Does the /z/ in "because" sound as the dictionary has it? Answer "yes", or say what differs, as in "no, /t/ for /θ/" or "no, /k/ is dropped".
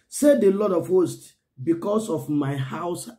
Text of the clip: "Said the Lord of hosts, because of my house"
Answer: no, /s/ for /z/